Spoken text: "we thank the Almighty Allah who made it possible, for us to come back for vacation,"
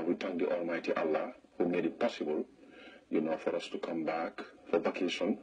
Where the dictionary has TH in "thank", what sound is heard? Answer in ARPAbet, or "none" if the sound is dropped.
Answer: T